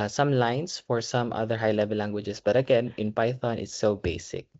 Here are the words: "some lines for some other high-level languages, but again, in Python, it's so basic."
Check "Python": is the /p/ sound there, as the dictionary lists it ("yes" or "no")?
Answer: yes